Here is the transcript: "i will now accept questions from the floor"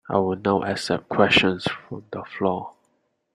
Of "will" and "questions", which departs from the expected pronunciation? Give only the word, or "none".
questions